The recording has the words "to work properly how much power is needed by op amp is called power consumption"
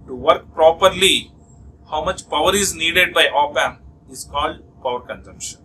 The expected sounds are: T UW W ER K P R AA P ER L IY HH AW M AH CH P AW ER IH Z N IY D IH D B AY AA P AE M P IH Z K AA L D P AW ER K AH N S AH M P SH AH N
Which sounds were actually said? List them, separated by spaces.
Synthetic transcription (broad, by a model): T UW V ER K P R AA P ER L IY HH AW M AH CH P AW ER IH Z N IY D IH D B AY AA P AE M IH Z K AA L D P AW ER K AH N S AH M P SH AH N